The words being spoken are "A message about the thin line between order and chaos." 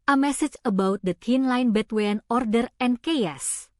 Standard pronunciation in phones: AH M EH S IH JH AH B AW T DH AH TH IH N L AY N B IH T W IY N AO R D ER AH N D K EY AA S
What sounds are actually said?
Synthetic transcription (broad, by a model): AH M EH S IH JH AH B AW T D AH T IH N L AY N B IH T W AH N AO R D ER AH N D K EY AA S